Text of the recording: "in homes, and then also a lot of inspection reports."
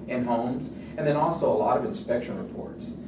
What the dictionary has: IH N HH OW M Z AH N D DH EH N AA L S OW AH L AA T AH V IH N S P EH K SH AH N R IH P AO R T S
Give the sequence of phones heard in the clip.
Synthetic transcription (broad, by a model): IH N HH OW M Z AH N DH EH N AA L S OW AH L AA T AH V IH N S P EH K SH AH N R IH P AO R T S